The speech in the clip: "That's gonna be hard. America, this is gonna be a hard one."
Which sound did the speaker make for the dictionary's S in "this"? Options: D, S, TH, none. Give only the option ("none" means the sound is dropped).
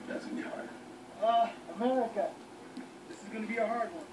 S